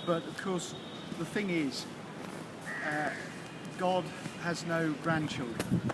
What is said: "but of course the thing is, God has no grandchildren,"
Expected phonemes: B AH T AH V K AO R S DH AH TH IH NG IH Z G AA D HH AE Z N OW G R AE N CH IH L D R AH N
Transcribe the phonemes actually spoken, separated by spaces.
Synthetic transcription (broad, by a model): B AH T AH V K AO S DH AH TH IH NG IH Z G AA D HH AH Z N OW G R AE N CH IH L D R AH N